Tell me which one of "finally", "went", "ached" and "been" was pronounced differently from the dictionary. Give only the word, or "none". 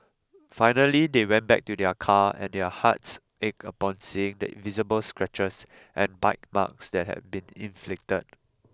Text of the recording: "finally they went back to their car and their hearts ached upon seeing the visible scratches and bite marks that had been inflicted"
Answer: ached